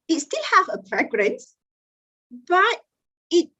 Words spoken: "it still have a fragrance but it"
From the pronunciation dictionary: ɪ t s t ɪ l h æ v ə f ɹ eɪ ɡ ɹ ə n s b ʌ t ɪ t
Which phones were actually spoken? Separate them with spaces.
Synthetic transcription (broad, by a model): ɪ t s t ɪ l h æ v ə p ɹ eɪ ɡ ɹ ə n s b ʌ t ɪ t